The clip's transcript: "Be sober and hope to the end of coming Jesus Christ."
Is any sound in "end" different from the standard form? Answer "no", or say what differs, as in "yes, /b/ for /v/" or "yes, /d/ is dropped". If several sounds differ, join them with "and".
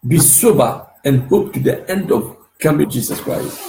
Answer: no